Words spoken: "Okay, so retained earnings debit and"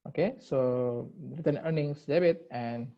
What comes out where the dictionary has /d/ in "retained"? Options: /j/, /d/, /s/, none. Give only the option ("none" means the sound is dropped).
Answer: none